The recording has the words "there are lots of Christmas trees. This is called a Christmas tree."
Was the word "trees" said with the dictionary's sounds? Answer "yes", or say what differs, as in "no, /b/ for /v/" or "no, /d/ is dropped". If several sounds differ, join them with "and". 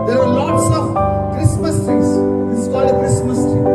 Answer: no, /ɹ/ is dropped